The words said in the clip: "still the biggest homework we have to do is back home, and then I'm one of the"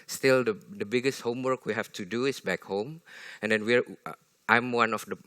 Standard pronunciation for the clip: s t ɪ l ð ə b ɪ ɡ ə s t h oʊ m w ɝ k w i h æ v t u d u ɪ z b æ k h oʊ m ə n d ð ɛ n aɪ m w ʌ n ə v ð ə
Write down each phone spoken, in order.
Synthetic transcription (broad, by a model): s t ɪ l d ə b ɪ ɡ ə s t h oʊ m w ɝ k w i h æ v t u d u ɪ s b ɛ k h oʊ m ə n d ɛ n aɪ m w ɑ n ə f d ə